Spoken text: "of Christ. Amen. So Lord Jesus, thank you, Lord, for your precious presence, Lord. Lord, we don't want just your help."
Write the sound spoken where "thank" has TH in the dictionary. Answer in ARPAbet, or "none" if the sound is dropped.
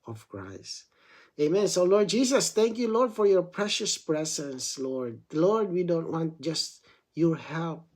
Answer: T